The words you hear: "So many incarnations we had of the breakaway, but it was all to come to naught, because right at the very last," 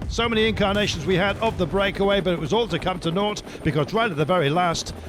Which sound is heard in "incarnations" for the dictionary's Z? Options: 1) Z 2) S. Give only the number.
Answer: 1